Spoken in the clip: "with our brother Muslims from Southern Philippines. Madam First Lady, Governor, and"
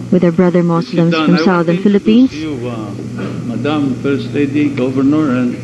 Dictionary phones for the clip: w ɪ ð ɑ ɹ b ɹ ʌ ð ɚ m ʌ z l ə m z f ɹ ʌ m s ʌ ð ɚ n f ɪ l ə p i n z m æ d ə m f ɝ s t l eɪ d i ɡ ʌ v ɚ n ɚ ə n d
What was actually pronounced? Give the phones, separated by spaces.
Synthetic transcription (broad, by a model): w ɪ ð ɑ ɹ b ɹ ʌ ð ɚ m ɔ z l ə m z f ɹ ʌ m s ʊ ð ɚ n f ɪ l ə p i n s m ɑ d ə m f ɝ s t l eɪ d i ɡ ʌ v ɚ n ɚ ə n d